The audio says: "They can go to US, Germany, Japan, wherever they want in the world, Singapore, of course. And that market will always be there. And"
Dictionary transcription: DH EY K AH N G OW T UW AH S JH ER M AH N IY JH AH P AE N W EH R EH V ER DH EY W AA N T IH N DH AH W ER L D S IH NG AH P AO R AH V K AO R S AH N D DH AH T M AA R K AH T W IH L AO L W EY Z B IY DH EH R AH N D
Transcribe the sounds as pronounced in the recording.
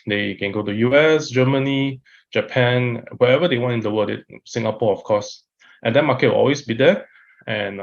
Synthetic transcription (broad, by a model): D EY K AH N G OW T UW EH S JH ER M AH N IY JH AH P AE N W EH EH V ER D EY W AA N T IH N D AH W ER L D S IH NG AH P AO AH F K AO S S AH N D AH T M AA K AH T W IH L AO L W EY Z B IY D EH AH N